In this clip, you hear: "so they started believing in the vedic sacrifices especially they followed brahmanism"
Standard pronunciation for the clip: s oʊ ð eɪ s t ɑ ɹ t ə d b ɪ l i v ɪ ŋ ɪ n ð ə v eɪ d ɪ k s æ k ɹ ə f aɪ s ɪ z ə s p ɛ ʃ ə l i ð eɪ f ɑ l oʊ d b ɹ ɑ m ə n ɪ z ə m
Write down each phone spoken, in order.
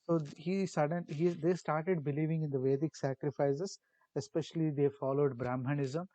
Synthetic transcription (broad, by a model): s oʊ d eɪ s t ɑ ɹ t ə d b ɪ l i v ɪ ŋ ɪ n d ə v eɪ d ɪ k s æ k ɹ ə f aɪ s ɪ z ə s p ɛ ʃ ə l i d eɪ f ɑ l oʊ d b ɹ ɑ m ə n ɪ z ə m